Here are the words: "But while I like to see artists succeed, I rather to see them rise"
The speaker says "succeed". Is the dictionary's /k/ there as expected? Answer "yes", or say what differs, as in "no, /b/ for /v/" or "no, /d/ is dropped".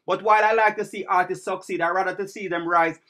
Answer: yes